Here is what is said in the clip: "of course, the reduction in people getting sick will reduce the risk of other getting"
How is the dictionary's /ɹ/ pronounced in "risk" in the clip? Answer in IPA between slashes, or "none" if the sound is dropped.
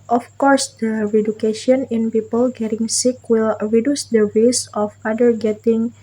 /w/